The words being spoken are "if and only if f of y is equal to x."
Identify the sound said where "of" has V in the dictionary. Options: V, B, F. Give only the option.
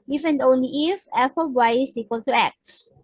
B